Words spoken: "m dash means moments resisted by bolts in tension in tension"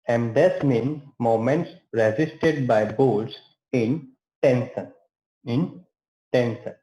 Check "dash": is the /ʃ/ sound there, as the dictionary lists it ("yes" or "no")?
no